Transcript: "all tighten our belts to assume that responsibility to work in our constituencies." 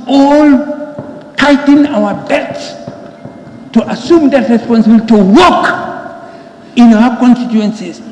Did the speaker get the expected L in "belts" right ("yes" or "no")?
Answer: no